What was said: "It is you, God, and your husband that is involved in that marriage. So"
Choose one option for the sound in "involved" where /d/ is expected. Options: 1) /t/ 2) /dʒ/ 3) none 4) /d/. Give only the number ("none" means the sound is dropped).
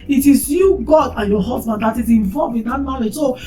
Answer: 3